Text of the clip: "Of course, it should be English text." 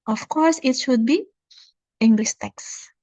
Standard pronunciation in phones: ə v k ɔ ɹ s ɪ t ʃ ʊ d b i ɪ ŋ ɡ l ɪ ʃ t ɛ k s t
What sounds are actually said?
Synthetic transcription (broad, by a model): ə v k ɔ ɹ s ɪ t ʃ ʊ d b i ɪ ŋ ɡ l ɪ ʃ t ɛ k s